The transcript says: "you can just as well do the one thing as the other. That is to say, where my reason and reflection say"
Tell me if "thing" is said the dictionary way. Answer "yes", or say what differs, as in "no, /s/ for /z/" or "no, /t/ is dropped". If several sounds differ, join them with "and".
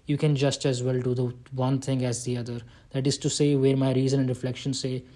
no, /t/ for /θ/